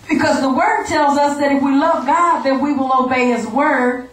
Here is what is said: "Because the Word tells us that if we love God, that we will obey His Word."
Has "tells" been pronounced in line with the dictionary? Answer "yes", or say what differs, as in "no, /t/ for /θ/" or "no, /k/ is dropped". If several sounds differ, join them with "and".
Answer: yes